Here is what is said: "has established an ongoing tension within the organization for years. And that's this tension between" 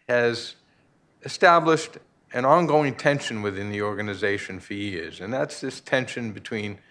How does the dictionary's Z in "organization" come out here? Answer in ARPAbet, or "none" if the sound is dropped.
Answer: Z